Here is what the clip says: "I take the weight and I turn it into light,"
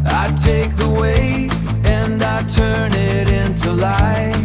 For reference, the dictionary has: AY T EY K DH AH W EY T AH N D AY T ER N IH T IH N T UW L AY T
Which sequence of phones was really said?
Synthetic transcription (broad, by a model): AY T EY K DH AH W EY AH N AY T ER N IH T IH N T UW L AY